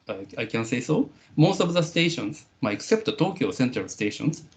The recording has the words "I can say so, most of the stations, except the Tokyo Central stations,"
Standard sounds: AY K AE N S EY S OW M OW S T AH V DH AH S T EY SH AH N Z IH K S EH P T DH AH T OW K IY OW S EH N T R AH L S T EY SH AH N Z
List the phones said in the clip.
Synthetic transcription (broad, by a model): AY K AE N S EY S OW M OW S T AH V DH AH S T EY SH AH N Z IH K S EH P T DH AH T OW K IY OW S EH N T AH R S T EY SH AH N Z